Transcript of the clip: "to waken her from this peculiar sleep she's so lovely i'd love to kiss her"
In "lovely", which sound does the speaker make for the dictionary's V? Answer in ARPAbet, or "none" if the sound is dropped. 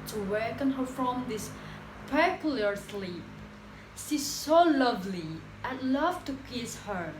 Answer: V